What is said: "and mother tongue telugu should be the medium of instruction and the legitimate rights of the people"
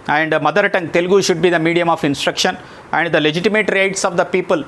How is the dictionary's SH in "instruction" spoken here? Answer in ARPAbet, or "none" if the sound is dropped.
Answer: SH